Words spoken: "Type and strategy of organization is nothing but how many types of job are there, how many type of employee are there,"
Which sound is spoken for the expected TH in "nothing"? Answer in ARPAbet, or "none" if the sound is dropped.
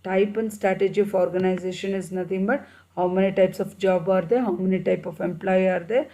T